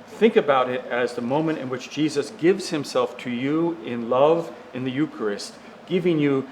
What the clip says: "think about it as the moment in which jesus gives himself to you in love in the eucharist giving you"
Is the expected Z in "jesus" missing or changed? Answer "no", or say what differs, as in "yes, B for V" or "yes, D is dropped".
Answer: no